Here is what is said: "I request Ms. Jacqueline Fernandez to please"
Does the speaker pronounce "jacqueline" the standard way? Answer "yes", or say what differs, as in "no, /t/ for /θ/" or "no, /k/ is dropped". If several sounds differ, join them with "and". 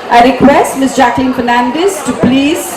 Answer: yes